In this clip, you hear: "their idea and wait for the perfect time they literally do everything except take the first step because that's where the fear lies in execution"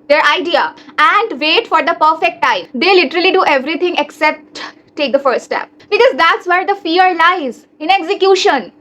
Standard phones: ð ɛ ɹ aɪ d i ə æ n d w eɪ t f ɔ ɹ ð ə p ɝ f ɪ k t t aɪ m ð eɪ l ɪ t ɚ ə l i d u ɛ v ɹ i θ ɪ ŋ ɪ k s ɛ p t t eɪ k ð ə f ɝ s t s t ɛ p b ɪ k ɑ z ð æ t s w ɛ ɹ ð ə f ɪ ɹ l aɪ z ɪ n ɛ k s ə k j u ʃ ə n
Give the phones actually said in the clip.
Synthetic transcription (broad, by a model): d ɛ ɹ aɪ d i ə æ n d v eɪ t f ɔ ɹ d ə p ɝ f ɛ k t t aɪ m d eɪ l ɪ t ɚ ə l i d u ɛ v ɹ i t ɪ ŋ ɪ k s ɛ p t t eɪ k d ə f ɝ t s t ɛ p b ɪ k ɑ z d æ t s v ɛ ɹ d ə f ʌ ɹ l aɪ z ɪ n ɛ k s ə k j u ʃ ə n